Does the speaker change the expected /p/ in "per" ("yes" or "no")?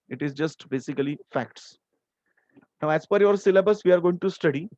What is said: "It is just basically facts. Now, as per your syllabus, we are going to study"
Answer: yes